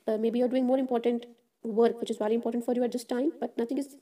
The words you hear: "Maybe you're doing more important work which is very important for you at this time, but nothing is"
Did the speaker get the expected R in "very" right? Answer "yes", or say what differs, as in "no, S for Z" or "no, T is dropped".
no, L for R